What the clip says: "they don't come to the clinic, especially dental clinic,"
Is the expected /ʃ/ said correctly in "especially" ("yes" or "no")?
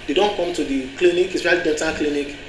no